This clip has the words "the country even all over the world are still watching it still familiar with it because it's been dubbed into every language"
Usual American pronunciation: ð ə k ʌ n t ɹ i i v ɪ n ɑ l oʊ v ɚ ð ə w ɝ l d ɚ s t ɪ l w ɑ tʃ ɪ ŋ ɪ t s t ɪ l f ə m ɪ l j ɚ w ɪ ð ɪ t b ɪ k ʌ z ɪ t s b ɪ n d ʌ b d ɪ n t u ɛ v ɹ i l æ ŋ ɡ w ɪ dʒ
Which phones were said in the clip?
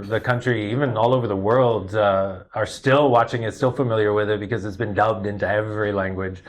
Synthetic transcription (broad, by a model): ð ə k ʌ n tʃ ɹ i i v ɪ n ɑ l oʊ v ɚ ð ə w ɝ l d ɚ s t ɪ l w ɑ tʃ ɪ ŋ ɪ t s t ɪ l f ə m ɪ l j ɚ w ɪ ð ɪ t b ɪ k ʌ z ɪ t s b ɪ n d ʌ b d ɪ n t u ɛ v ɹ i l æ ŋ ɡ w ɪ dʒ